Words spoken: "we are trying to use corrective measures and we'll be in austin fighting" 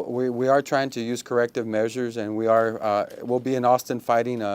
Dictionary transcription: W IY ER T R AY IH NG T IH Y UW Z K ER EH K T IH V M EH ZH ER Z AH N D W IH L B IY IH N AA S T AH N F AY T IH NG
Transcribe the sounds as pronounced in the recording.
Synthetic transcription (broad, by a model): W IY ER T R AY IH NG T IH Y UW Z K ER EH K T IH V M EH ZH ER Z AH N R W IH L B IY IH N AA S T AH N F AY T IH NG